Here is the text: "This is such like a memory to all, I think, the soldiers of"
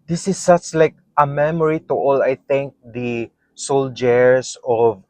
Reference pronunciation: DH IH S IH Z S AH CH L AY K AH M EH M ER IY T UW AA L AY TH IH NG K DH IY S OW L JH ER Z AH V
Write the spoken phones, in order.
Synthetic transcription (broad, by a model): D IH S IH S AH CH L AY K AH M EH M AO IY T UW AA L AY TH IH NG K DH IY S OW L JH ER S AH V